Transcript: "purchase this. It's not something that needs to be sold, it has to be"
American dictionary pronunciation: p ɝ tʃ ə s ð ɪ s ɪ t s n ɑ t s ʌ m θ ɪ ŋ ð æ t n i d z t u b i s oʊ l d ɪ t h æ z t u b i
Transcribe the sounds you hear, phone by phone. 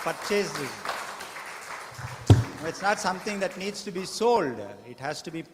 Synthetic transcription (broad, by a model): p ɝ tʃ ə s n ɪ ɪ t s n ɑ t s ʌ m t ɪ ŋ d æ t n i d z t u b i s oʊ l d ɪ t h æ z t u b i